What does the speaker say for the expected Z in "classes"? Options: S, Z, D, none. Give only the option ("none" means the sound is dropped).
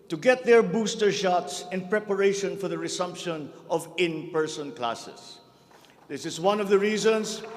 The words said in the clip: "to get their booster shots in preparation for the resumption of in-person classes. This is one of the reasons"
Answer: S